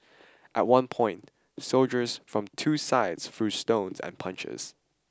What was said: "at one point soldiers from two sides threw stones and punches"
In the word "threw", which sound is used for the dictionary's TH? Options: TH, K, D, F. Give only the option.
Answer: F